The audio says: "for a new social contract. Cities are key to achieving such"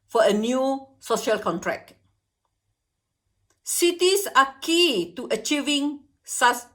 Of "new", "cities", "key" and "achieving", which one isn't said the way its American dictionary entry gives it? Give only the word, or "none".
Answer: cities